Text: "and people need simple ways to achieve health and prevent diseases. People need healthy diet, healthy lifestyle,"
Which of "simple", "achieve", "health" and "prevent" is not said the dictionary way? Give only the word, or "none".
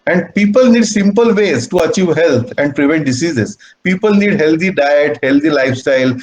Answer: health